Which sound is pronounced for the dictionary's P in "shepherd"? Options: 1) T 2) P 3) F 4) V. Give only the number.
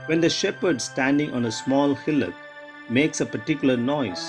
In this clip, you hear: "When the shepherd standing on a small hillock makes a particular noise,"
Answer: 2